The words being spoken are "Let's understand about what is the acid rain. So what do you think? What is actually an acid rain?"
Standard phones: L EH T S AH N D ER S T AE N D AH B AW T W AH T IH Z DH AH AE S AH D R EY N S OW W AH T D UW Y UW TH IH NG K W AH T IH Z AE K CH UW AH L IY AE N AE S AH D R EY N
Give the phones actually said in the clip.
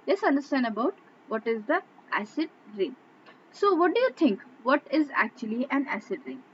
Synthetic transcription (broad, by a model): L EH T S AH N D ER S T AE N D AH B AW T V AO T IH Z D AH AE S AH D R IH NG S OW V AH T D UW Y UW T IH NG K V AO T IH Z AE K CH UW AH L IY AE N AE S AH D R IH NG